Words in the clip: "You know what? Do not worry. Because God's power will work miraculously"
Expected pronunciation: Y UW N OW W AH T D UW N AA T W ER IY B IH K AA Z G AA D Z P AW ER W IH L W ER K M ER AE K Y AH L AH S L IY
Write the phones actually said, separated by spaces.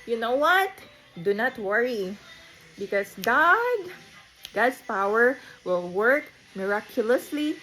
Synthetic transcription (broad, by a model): Y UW N OW W AH T D UW N AA T W ER IY B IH K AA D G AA D S P AW ER W IH L W ER K M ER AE K Y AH L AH S L IY